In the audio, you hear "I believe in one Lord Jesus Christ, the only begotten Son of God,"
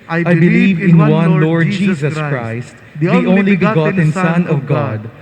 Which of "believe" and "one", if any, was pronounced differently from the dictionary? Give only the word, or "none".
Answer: none